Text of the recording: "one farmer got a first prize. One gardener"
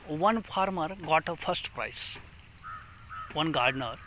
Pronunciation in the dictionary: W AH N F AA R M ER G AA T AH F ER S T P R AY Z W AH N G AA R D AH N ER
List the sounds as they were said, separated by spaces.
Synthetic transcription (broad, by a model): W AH N P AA R M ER G AA T AH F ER S T P R AY S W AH N G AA R D N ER